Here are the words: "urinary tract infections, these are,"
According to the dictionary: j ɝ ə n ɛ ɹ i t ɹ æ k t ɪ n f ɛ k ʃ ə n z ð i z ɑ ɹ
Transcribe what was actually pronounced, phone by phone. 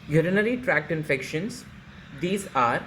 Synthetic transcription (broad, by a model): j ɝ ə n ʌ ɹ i t ɹ æ k t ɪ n f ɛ k ʃ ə n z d i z ɑ ɹ